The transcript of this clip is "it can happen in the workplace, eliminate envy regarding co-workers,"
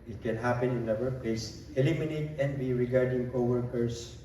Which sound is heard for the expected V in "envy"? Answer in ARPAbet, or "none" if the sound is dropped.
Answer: B